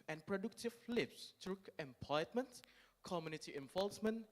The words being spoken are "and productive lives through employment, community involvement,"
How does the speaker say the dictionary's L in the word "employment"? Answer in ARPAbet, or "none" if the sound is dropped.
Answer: none